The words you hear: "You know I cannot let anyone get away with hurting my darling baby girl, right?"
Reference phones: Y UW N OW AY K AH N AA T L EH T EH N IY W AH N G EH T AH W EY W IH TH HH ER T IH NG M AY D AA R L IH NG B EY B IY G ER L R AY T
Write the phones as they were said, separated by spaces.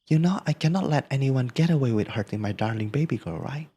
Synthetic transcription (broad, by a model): Y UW N OW AY K AH N AA T L EH T EH N IY W AH N G EH T AH W EY W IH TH HH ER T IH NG M AY D AA R L IH NG B EY B IY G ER R AY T